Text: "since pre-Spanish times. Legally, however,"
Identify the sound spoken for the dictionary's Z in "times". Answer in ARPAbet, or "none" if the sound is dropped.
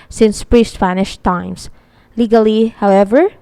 S